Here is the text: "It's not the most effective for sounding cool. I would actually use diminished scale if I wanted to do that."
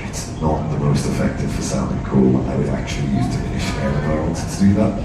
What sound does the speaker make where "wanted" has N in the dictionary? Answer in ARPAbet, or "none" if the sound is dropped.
none